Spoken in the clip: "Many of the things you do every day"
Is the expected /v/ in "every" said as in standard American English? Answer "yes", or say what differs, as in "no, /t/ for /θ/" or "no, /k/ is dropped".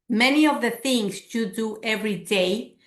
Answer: yes